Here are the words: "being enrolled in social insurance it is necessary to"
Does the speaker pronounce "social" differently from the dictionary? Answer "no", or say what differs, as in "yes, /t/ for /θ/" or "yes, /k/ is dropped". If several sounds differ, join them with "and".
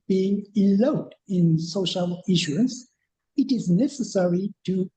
no